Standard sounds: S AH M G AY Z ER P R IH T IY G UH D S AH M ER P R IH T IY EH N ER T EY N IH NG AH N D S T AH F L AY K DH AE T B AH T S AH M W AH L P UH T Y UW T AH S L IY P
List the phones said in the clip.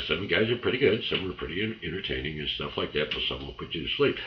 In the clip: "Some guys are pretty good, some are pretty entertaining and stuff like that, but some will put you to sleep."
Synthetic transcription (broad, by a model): S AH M G AY Z ER P R IH T IY G UH D S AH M ER P R IH T IY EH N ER T EY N IH NG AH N S T AH F L AY K DH AE T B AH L S AH M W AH N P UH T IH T S L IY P